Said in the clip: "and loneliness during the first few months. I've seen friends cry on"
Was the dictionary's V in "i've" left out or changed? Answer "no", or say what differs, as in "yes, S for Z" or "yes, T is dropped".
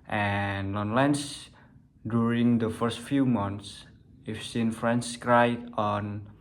yes, F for V